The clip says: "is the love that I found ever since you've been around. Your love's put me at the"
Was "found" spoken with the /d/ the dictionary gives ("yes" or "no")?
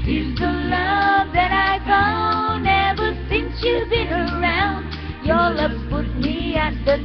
no